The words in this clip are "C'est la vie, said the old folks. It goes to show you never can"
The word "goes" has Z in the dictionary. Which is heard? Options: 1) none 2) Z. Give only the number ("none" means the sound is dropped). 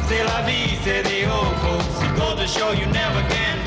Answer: 1